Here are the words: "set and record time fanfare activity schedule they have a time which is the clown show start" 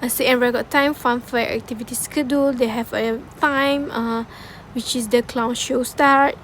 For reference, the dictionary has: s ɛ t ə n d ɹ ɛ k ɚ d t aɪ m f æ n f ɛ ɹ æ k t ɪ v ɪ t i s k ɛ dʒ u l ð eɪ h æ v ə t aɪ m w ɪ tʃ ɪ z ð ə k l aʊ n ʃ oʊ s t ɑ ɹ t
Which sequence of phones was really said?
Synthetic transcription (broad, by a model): s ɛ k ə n ɹ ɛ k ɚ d t aɪ m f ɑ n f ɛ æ k t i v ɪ t i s k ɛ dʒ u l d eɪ h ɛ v ə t aɪ m w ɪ tʃ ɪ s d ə k l aʊ n ʃ oʊ s t ɑ ɹ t